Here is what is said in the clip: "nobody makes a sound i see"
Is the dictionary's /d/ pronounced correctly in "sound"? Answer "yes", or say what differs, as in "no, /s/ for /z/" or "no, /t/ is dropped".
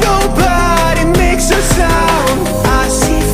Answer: no, /d/ is dropped